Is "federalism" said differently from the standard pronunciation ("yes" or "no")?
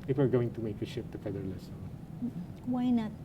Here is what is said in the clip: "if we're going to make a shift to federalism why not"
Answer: yes